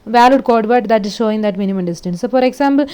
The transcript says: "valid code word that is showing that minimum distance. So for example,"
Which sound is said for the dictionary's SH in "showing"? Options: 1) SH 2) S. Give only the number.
1